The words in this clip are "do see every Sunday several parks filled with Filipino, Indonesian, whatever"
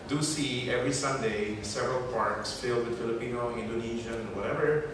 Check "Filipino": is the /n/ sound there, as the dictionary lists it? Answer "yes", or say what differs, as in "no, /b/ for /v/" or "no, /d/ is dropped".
yes